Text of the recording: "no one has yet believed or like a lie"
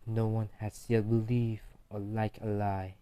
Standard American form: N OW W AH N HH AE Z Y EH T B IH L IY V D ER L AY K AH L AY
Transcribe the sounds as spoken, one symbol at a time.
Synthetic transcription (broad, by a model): N OW W AH N HH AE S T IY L B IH L IY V ER L AY K AH L AY